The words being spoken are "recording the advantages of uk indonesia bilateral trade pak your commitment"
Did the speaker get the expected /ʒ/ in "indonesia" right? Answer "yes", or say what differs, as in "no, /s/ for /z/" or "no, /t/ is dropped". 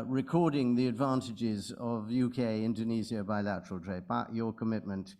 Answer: no, /z/ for /ʒ/